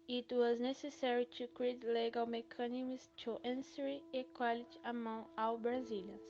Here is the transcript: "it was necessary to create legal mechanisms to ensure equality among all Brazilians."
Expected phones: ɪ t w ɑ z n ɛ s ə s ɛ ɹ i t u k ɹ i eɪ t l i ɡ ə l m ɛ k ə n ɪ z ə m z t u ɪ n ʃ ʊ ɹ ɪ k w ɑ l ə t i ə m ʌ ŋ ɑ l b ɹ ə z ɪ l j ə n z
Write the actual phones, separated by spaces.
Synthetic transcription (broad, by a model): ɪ t w ɑ z n ɛ s ə s ɛ ɹ i t u k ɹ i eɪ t l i ɡ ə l m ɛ k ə n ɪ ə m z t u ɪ n s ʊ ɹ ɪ k w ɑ l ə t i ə m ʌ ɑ w b ɹ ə z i l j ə